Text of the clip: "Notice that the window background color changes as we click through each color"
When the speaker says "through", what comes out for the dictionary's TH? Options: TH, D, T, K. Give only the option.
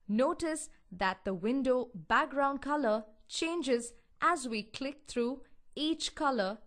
T